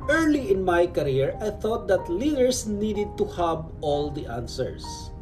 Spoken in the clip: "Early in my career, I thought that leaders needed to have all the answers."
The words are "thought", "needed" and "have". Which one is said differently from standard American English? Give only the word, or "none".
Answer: have